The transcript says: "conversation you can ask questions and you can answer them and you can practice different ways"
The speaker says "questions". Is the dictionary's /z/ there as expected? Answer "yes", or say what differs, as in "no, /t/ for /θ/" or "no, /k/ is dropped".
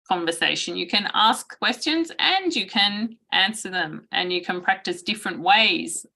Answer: yes